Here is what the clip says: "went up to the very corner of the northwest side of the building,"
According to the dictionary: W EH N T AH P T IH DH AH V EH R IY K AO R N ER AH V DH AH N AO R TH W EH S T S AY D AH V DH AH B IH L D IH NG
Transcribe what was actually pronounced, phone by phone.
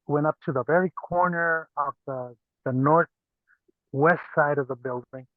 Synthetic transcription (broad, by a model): W EH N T AH P T IH DH AH V EH R IY K AO R N ER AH V DH AH N AO R TH W EH S T S AY D AH V DH AH B IH L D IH NG